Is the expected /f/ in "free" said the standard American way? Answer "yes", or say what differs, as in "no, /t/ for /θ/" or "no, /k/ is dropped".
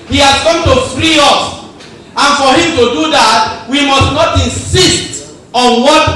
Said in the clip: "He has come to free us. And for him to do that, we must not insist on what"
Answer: yes